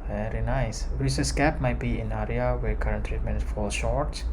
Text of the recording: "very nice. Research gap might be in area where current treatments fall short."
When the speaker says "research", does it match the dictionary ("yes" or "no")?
no